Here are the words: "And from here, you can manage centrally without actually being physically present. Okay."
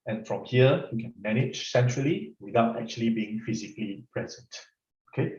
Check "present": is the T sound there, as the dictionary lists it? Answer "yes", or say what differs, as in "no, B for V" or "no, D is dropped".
yes